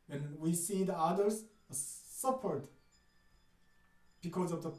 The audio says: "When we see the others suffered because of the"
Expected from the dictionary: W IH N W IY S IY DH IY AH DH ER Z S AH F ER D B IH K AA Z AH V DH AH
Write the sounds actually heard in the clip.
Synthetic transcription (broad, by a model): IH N W IY S IY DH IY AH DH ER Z S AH P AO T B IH K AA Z AH V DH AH